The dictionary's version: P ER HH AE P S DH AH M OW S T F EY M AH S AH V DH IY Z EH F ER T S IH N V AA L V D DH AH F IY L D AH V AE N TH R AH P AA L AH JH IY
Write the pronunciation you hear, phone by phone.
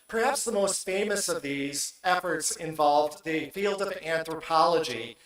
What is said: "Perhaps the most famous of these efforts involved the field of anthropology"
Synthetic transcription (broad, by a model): P ER HH AE P S DH AH M OW S T F EY M AH S AH V DH IY Z EH F ER T S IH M V AA L V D DH AH F IY L D AH V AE N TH R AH P AA L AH JH IY